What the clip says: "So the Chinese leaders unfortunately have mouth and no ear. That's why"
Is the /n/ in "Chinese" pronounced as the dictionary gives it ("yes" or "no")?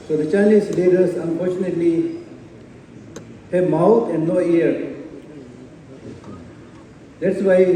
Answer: no